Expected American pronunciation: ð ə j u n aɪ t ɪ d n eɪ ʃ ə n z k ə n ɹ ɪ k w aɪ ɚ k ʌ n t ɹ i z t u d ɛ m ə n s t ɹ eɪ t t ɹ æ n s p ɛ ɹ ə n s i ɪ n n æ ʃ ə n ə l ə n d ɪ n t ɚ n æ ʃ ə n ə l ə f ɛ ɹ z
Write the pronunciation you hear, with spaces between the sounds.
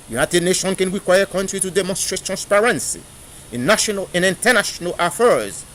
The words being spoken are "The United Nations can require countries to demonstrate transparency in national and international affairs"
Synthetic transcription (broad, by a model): j u n aɪ t ɪ d n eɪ ʃ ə n k ə n ɹ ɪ k w aɪ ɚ k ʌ n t ɹ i t u d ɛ m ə n s t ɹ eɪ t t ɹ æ n s p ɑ ɹ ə n s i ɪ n n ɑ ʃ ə n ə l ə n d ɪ n t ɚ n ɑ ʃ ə n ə l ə f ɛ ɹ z